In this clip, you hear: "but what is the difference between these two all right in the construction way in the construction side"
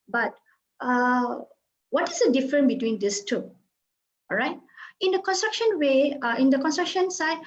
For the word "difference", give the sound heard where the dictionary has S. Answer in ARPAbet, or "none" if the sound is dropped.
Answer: none